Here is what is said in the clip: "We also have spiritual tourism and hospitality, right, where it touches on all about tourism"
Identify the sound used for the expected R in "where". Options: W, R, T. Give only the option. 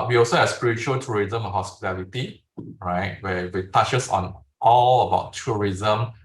W